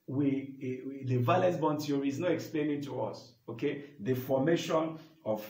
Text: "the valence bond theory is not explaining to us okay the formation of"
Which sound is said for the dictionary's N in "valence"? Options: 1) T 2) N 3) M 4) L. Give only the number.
4